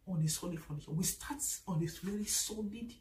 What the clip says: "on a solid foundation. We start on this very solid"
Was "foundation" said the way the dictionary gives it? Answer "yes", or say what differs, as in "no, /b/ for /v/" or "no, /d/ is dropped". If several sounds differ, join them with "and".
no, /s/ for /ʃ/